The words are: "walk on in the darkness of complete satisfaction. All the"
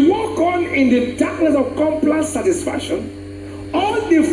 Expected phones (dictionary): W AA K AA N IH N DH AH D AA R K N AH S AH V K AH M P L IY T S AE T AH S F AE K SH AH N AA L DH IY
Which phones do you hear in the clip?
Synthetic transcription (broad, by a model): W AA K AA N IH N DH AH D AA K L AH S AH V K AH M P L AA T S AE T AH S F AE K SH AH N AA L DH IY